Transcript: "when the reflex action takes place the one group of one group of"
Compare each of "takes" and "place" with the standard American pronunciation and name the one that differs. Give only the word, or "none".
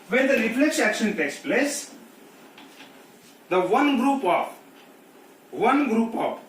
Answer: none